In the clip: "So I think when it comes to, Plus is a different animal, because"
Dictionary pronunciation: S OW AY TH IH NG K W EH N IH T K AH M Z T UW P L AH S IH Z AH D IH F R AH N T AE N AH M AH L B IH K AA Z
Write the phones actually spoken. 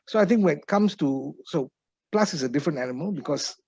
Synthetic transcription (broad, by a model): S OW AY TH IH NG K W EH N IH T K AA M S T UW P L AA S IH S AH D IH F R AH N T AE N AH M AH L B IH K AA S